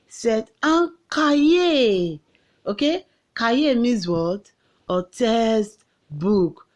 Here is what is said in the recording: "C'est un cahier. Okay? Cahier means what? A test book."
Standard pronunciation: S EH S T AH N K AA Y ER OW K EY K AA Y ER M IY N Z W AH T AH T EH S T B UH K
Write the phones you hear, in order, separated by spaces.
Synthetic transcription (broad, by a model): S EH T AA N K AA Y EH OW K EY K AA Y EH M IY Z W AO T AH T EH S T B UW K